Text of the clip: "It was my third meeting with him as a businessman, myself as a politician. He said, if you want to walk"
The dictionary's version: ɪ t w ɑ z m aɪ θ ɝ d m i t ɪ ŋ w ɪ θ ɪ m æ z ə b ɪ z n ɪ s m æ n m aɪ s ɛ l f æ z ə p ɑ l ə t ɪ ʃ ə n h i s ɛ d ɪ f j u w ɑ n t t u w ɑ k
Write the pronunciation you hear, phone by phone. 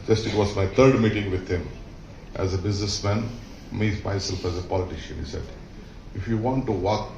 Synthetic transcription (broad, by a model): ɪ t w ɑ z m aɪ t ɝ d m i t ɪ ŋ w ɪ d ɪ m æ z ə b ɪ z n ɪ s m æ n m aɪ s ɛ l f æ z ə p ɑ l ə t ɪ ʃ ə n h i s ɛ d ɪ f j u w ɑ n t t u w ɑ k